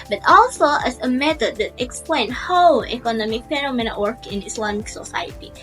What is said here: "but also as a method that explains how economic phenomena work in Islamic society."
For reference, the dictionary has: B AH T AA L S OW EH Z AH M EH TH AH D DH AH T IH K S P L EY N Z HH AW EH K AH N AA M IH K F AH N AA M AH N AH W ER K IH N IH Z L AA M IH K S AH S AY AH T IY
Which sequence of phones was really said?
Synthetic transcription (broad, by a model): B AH T AA L S OW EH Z AH M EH T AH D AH T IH K S P L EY N HH AW EH K AH N AA M IH K P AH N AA M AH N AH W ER K IH N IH S L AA M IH K S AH S AY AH T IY